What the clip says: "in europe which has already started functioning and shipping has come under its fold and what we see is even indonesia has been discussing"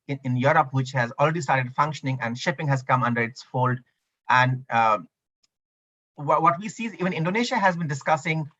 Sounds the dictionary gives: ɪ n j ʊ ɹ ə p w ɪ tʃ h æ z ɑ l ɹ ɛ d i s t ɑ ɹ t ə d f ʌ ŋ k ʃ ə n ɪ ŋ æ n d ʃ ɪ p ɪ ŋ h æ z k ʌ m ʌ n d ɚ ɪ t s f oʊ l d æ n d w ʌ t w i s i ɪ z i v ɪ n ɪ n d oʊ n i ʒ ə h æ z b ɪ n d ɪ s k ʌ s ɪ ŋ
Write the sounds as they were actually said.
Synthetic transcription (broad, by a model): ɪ n j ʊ ɹ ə p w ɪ tʃ h æ z ɑ l ɹ ɛ d i s t ɑ ɹ t ə d f ʌ ŋ k ʃ ə n ɪ ŋ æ n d ʃ ɪ p ɪ ŋ h æ z k ʌ m ʌ n d ɚ ɪ t s f oʊ l d æ n d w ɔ t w i s i ɪ z i v ɪ n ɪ n d oʊ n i ʃ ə h æ z b ɪ n d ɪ s k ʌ s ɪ ŋ